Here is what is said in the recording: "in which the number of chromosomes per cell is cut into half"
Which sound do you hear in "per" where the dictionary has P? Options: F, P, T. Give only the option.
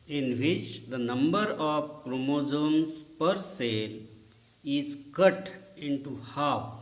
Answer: P